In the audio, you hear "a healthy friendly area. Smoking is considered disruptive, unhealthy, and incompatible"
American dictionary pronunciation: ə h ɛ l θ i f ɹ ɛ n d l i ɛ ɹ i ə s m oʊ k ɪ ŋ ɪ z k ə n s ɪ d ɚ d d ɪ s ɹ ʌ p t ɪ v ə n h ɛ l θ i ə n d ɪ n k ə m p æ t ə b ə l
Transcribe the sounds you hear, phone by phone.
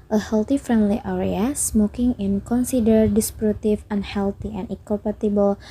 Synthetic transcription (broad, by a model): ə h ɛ l t i f ɹ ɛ n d l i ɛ ɹ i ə s m oʊ k ɪ ŋ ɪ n k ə n s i d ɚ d d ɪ s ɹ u t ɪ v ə n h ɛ l t i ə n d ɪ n k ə m p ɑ t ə b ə l